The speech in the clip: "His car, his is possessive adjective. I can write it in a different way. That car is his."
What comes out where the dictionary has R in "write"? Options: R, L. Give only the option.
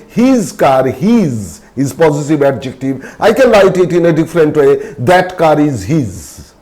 L